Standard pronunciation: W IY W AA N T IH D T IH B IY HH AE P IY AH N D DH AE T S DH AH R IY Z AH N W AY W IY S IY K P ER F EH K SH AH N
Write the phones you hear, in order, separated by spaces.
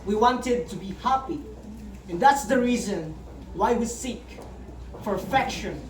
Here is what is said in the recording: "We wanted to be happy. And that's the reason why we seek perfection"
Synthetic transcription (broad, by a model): W IY W AA N T IH D T IH B IY HH AE P IY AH N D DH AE T S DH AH R IY Z AH N W AY W IY S IY K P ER F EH K SH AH N